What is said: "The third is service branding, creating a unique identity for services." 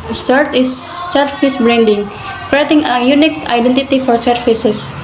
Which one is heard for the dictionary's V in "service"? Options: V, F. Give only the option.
F